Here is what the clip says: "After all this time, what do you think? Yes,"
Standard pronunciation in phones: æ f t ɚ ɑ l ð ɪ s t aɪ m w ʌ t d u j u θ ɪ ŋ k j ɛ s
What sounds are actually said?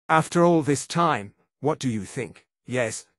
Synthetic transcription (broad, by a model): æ f t ɚ ɑ l ð ɪ s t aɪ m w ʌ t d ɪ j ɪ θ ɪ ŋ k j ɛ s